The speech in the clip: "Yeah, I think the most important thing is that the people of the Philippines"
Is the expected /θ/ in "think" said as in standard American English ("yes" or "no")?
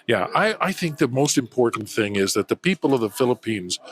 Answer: yes